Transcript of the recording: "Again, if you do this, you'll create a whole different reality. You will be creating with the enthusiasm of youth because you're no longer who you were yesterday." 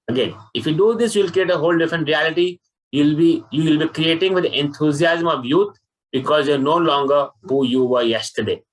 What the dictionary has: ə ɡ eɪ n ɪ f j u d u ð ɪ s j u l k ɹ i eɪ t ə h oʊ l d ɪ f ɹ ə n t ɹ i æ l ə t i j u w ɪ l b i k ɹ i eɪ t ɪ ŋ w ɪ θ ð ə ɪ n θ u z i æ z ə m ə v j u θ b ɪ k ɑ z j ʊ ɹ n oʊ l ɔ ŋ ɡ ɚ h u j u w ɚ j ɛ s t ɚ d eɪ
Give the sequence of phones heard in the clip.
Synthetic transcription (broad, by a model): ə ɡ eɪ n ɪ f j u d u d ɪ s j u l k ɹ i eɪ t ə h oʊ l d ɪ f ɹ ə n t ɹ i æ l ə t i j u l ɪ l b i k ɹ i eɪ t ɪ ŋ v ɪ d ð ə n t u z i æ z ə m ə v j u t b ɪ k ɑ z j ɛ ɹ n oʊ l ɔ ŋ ɡ ɚ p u j u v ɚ j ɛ s t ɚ d eɪ